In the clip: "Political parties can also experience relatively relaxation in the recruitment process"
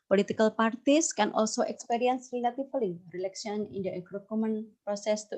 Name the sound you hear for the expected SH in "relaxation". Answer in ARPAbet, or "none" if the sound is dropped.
none